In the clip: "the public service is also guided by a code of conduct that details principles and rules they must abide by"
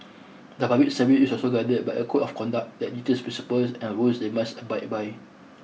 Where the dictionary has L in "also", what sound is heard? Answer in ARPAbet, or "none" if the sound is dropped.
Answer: L